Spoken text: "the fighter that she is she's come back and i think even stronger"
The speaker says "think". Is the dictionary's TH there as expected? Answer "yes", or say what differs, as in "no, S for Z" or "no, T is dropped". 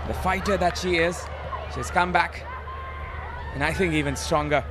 yes